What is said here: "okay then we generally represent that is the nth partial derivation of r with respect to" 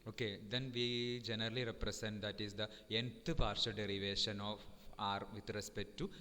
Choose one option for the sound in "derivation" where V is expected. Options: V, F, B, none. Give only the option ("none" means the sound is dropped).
V